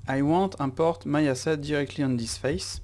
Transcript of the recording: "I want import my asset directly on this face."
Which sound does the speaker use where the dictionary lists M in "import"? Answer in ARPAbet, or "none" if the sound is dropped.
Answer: none